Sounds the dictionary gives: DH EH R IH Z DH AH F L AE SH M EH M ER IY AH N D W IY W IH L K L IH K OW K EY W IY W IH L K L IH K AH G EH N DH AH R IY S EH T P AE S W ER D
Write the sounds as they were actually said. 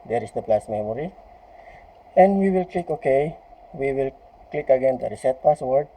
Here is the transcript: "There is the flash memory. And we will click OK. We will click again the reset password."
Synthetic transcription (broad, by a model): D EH R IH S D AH P L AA S M EH M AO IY AH N D W IY W IH L K L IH K OW K EY W IY W IH L K L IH K AH G EH N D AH R IY S EH T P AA S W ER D